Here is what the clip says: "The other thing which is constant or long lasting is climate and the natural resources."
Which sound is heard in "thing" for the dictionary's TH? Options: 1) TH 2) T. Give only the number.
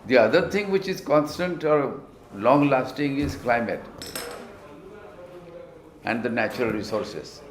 2